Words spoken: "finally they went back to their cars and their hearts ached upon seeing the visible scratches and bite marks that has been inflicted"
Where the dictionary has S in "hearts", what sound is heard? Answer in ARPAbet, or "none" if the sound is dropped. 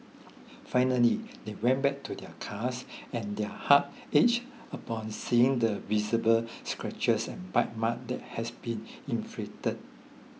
none